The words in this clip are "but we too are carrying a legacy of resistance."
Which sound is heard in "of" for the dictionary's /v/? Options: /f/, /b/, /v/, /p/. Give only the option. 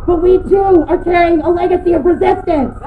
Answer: /p/